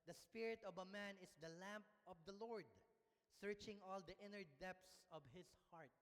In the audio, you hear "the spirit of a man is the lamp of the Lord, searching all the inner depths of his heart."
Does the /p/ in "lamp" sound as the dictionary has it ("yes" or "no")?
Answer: yes